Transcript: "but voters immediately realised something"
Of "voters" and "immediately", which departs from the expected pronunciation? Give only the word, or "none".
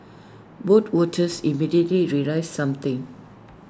voters